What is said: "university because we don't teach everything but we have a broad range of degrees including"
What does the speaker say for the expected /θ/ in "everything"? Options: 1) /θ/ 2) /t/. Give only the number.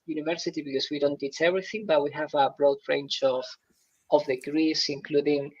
1